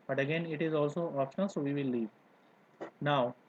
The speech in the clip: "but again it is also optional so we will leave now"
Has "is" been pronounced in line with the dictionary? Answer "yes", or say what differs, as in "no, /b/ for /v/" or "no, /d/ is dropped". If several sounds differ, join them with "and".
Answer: yes